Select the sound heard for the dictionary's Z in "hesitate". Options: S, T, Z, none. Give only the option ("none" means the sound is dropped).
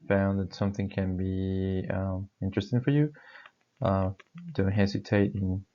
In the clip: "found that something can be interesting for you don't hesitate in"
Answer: S